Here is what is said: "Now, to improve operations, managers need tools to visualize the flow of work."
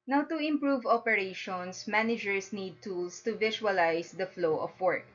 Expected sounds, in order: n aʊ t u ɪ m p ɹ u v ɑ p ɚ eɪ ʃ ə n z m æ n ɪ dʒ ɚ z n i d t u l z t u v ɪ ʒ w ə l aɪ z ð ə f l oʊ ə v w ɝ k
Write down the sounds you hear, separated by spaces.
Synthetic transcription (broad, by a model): n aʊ t u ɪ m p ɹ u v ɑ p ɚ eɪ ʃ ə n s m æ n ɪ dʒ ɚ s n i d t u l s t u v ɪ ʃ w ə l aɪ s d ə f l oʊ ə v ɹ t